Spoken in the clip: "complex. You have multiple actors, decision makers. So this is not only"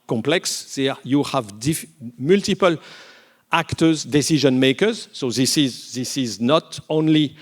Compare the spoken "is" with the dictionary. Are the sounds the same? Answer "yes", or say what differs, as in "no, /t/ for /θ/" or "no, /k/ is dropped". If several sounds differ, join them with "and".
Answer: yes